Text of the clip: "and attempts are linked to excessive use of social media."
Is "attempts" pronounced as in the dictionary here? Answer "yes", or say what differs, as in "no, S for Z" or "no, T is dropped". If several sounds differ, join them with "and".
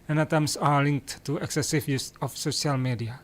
no, P is dropped